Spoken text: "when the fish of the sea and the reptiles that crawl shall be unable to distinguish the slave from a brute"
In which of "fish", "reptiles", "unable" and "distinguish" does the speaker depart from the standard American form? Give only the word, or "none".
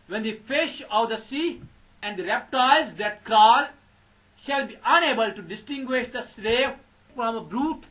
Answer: reptiles